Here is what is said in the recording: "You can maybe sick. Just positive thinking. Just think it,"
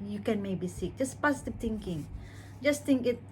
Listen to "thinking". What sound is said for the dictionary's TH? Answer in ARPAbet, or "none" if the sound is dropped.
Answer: T